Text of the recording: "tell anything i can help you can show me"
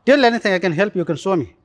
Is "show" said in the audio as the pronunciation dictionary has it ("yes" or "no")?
no